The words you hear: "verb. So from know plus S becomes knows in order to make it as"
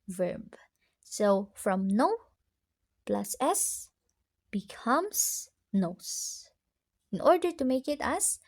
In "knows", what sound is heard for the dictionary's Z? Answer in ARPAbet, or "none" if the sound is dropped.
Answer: S